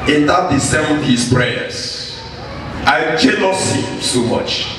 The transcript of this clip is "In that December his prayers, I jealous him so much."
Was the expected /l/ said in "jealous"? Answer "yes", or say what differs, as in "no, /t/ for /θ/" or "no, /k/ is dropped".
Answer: no, /n/ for /l/